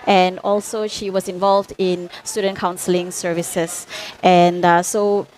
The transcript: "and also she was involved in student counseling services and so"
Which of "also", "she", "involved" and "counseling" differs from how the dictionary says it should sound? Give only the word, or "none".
none